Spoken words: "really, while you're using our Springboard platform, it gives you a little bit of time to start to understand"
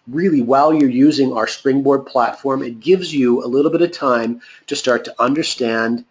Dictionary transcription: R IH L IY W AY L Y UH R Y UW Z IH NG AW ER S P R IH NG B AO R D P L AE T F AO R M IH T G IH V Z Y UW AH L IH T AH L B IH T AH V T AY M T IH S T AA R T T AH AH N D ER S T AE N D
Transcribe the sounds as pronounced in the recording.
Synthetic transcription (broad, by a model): R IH L IY W AY L Y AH R Y UW Z IH NG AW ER S P R IH NG B AO R D P L AE T F AO R M IH T G IH V Z Y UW AH L IH T L B IH T AH V T AY M T IH S T AA R T T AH AH N D ER S T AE N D